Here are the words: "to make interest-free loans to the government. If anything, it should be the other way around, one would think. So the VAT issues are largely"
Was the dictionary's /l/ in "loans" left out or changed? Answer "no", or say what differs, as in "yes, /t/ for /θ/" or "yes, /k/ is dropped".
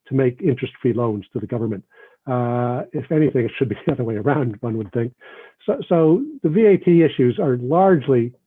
no